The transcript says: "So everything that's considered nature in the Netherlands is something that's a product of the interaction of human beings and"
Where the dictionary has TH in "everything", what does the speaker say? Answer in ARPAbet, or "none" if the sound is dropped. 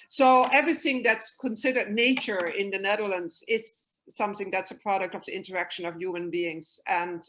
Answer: TH